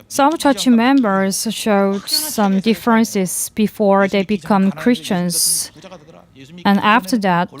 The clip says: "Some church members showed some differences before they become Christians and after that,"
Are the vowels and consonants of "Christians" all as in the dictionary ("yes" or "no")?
yes